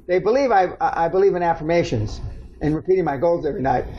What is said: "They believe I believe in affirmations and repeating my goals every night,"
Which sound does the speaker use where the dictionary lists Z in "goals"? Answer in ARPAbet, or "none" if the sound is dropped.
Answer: Z